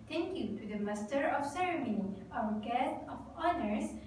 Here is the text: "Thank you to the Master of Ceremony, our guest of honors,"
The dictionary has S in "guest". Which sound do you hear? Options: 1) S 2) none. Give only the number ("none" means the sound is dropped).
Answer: 2